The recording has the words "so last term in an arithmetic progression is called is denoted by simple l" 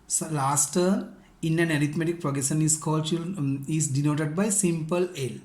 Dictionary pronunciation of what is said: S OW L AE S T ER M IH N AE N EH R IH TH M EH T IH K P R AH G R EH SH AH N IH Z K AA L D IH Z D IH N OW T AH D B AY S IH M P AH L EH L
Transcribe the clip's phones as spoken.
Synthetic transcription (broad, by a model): S L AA S T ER IH N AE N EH R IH T M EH T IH K P R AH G R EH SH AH N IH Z K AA L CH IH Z D IH N OW T AH D B AY S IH M P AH L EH L